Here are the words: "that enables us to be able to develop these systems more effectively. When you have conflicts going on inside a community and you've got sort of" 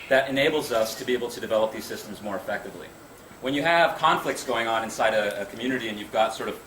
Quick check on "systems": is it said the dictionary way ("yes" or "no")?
yes